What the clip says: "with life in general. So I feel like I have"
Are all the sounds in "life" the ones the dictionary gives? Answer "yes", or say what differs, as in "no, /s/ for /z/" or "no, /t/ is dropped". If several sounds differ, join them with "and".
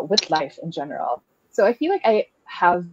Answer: yes